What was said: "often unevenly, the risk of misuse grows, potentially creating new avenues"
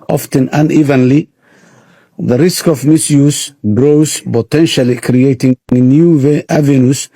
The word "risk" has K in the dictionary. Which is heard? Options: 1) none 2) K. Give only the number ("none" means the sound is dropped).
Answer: 2